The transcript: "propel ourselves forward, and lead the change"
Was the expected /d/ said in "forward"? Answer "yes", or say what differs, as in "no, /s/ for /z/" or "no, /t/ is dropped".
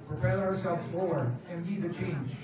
no, /d/ is dropped